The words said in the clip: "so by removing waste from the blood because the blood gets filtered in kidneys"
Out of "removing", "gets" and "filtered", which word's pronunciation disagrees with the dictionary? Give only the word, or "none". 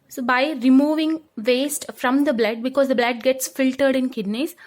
none